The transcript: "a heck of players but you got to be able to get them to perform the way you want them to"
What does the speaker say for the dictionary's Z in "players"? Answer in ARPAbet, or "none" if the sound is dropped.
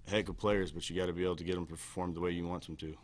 Z